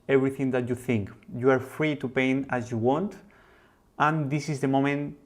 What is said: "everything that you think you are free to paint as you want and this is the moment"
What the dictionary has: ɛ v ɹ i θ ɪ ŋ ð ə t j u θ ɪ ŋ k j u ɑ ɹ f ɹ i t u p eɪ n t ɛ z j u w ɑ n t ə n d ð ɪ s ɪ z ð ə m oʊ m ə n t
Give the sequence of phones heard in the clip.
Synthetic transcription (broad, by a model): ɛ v ɹ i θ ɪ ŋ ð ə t j u θ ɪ ŋ k j u ɑ ɹ f ɹ i t u p eɪ n ɑ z j u w ɑ n t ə n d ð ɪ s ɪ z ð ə m oʊ m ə n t